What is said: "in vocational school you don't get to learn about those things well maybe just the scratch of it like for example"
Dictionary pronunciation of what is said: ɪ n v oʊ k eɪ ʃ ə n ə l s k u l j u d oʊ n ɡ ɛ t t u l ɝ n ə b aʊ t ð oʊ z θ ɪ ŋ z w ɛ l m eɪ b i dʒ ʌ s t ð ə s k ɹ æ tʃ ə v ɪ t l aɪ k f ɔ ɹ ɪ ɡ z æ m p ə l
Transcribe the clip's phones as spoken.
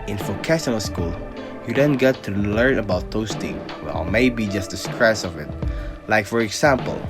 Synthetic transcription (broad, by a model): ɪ n f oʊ k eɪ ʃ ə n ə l s k u l j u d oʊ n ɡ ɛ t t u l ɝ n ə b aʊ t oʊ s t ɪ ŋ w ɛ l m eɪ b i dʒ ʌ s t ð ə s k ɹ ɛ s ə v ɪ t l aɪ k f ɔ ɹ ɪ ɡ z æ m p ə l